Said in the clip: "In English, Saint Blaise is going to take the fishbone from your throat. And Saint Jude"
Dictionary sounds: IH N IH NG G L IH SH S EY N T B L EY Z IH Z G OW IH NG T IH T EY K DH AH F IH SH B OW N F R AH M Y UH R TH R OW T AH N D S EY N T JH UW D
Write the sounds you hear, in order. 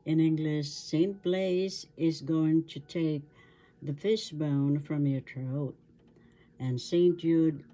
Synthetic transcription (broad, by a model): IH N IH NG G L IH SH S EY N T B L EY Z IH Z G OW IH NG T IH T EY K DH AH F IH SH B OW N F R AH M Y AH R T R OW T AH N S EY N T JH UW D